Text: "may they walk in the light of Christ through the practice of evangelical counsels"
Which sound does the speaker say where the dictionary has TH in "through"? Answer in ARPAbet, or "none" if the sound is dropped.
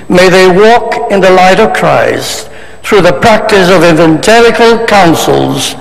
TH